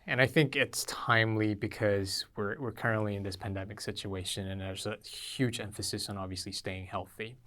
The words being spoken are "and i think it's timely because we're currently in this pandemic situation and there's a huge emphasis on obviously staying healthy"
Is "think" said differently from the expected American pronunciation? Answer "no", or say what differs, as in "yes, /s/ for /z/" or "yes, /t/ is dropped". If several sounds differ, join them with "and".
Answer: no